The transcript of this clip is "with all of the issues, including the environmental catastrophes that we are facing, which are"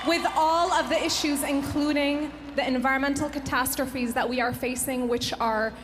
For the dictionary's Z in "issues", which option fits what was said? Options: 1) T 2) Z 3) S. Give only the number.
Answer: 2